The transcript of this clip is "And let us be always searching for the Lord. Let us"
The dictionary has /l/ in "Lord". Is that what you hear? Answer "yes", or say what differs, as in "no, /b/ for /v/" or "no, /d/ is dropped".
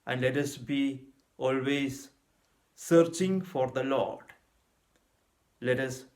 yes